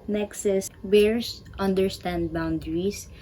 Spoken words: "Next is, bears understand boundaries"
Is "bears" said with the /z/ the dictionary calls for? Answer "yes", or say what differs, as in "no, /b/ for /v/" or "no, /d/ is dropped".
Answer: no, /s/ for /z/